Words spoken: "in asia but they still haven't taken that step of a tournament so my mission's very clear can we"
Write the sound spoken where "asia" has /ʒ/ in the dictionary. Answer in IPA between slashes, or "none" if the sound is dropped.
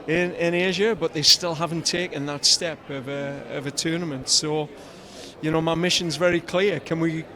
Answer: /ʒ/